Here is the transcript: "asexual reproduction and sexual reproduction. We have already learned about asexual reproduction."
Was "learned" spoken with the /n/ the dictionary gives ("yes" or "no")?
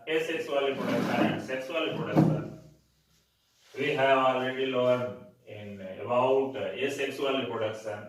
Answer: no